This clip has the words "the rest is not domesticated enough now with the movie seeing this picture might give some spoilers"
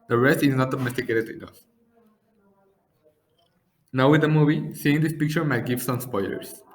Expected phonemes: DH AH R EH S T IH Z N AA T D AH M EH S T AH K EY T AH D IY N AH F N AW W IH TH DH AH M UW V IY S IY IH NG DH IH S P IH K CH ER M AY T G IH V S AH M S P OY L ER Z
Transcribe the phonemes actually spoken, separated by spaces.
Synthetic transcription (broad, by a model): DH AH R EH S T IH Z N AA T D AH M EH S T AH K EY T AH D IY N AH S N AW W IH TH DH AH M UW V IY S IY IH NG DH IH S P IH K CH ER M AY T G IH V S AH M S P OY L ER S